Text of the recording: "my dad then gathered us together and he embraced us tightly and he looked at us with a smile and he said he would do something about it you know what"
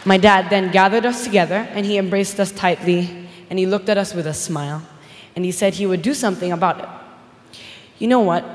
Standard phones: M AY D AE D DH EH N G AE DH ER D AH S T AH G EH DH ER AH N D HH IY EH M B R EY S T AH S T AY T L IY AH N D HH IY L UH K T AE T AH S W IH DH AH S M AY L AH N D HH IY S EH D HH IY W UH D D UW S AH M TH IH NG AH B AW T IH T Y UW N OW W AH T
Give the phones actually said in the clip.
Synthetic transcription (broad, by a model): M AY D AE D DH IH N G AE DH ER D AH S T AH G EH DH ER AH N IY EH M B R EY S T AH S T AY T L IY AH N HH IY L UH K T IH T AH S W IH DH AH S M AY L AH N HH IY S EH D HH IY W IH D D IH S AH M TH IH NG AH B AW T IH T Y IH N OW W AH T